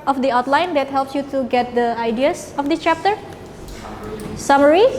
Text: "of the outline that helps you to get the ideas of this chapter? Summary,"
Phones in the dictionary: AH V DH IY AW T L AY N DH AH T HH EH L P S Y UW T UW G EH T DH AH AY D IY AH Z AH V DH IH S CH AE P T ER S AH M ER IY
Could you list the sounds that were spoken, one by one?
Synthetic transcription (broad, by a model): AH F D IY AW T L AY N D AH T HH EH L P S Y UW T UW G EH T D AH AY D IY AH S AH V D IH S CH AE P T ER S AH M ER IY